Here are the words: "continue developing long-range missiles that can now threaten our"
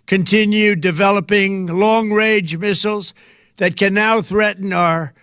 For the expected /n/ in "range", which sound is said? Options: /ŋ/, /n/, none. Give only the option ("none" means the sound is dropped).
none